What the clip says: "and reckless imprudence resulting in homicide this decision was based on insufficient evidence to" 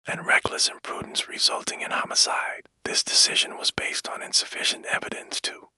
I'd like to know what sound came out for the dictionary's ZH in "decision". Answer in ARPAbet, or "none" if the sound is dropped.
ZH